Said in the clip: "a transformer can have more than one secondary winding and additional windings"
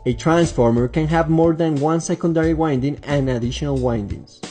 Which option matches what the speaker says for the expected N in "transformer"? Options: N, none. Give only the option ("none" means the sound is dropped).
N